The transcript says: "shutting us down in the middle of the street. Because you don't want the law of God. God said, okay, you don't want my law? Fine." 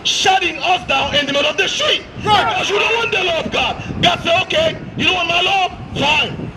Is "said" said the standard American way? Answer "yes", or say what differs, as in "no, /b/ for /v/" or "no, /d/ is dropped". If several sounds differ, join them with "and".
no, /d/ is dropped